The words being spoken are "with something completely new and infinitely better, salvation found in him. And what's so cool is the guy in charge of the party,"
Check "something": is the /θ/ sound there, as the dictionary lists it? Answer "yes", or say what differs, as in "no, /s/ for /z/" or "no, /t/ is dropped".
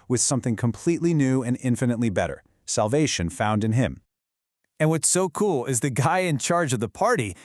yes